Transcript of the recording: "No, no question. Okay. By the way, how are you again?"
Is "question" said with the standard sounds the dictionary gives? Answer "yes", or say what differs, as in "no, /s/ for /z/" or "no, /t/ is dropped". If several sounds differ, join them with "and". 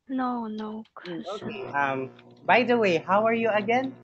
no, /n/ is dropped